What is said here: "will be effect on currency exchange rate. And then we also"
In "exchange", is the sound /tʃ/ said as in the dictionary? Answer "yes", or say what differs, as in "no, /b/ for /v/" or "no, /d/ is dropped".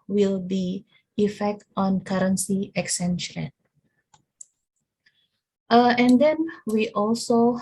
no, /tʃ/ is dropped